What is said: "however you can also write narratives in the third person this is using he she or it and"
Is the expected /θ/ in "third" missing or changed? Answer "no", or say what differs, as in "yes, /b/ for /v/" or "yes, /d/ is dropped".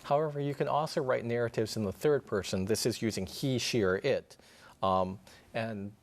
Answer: no